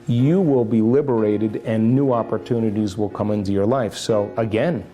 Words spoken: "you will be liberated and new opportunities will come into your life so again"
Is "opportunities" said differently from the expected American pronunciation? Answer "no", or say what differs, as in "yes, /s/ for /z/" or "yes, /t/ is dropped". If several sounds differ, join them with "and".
no